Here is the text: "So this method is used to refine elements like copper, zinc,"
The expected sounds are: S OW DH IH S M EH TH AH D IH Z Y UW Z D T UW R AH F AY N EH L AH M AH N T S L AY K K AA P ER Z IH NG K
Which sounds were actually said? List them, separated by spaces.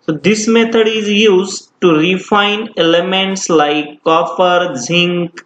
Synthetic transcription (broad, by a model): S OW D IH S M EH T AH D IH Z Y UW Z T UW R AH F AY N EH L AH M AH N T S L AY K K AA F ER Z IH NG K